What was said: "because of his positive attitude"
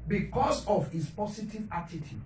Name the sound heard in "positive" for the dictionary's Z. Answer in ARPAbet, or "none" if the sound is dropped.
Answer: S